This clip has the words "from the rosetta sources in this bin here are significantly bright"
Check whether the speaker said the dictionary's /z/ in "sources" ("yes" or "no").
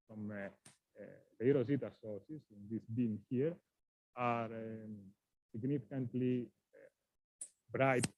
no